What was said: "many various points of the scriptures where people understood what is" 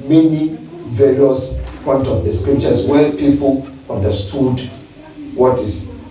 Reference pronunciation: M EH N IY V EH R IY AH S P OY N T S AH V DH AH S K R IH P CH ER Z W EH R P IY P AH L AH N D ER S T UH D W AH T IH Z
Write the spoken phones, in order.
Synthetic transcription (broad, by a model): M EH N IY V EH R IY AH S P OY N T AH V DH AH S K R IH P CH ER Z W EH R P IY P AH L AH N D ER S T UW D W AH T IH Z